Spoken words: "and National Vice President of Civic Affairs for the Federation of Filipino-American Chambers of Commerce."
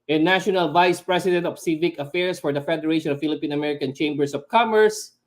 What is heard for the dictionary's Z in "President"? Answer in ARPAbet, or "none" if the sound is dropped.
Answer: S